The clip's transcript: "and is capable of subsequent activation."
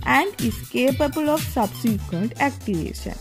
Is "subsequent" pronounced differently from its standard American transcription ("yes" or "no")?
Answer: no